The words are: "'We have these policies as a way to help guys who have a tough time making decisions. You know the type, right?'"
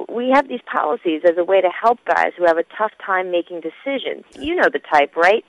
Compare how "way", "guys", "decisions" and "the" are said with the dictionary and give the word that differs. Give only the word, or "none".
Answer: none